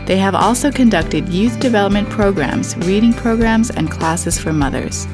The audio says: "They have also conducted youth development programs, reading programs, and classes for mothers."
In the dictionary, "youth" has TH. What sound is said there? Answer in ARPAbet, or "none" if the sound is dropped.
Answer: TH